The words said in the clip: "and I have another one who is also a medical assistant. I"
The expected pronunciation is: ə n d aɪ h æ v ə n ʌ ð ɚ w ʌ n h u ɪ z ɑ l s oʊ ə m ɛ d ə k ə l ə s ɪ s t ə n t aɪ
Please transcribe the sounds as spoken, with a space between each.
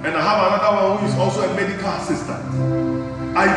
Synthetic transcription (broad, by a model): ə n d aɪ h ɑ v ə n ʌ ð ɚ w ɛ l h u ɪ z ɑ l s oʊ ə m ɛ d ə k ə l ə s ɪ s t ə n t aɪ